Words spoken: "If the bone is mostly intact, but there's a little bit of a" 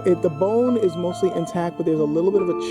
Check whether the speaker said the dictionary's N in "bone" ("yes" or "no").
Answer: yes